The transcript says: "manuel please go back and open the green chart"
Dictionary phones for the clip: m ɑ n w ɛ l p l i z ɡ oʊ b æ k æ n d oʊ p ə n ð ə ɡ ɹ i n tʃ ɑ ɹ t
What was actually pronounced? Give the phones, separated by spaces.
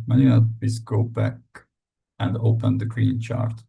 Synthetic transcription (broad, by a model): m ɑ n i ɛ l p i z ɡ oʊ b æ k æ n d oʊ p ə n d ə ɡ ɹ i n tʃ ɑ ɹ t